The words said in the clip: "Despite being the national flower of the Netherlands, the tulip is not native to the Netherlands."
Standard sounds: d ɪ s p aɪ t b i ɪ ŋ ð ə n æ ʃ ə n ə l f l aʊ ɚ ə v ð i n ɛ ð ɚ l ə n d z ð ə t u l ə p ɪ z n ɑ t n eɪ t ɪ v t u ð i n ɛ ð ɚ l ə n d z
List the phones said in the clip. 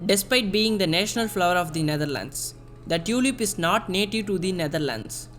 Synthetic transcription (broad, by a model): d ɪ s p aɪ t b i ɪ ŋ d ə n æ ʃ ə n ə l f l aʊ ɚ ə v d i n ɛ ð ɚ l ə n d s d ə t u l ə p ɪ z n ɑ t n eɪ t ɪ v t u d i n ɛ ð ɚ l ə n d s